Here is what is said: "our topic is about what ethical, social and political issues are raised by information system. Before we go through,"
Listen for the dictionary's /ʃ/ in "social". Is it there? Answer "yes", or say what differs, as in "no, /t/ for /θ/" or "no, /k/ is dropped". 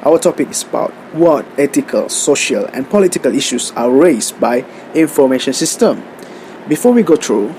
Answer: yes